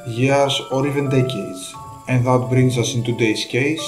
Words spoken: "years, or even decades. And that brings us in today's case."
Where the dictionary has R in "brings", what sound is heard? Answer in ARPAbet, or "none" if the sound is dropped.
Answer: R